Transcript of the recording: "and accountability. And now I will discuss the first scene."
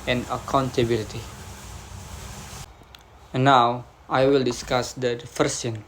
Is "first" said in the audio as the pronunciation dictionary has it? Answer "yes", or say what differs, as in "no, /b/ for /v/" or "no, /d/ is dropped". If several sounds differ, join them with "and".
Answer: no, /s/ is dropped